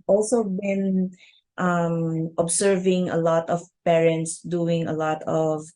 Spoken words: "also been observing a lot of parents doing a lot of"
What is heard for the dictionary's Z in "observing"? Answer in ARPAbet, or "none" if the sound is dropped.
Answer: S